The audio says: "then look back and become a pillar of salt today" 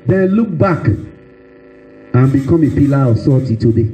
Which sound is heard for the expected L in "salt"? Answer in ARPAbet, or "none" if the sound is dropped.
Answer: none